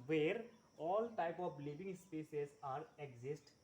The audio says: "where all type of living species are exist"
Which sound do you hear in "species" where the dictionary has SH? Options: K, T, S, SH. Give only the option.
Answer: S